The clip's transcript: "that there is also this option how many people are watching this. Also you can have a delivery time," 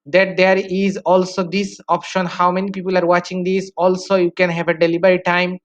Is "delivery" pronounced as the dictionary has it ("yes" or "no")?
no